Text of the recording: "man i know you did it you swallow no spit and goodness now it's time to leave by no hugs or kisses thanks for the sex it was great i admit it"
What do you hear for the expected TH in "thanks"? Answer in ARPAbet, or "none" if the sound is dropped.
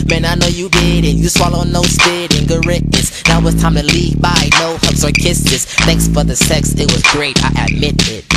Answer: TH